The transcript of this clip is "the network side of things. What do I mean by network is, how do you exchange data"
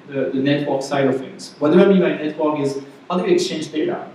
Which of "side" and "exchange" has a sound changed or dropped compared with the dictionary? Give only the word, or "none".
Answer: none